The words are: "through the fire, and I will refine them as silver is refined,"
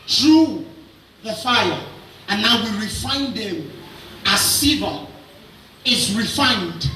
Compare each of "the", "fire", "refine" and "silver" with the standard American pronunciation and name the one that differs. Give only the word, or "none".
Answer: silver